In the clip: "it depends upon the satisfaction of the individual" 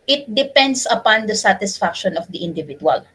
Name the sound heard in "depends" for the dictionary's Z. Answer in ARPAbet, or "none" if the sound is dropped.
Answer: S